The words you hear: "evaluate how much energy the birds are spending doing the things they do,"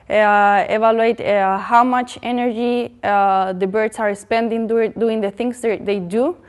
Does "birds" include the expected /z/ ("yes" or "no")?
no